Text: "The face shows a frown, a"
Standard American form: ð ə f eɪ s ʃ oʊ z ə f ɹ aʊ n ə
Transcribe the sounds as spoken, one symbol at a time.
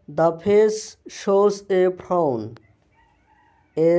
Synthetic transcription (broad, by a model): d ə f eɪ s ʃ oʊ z ə p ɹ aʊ n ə